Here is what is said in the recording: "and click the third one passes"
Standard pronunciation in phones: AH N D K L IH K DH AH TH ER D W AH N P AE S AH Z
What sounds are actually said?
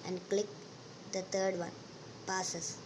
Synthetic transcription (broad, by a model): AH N D K L IH K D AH T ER D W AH N P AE S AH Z